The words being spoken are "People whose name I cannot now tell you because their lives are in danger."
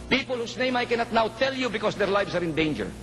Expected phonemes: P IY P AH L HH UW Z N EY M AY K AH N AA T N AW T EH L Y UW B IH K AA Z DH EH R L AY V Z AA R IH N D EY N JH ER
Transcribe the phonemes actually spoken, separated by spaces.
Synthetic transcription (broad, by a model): P IY P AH L HH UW S N EY M AY K AH N AA T N AW T EH L Y UW B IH K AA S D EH R L AY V S AA R IH N D EY N JH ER